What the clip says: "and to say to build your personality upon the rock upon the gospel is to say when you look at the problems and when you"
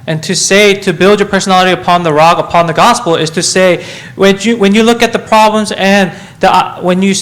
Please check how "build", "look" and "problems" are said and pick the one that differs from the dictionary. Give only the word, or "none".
none